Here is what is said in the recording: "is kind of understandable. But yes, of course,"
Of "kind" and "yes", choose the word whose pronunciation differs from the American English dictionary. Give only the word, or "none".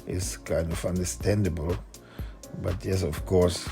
none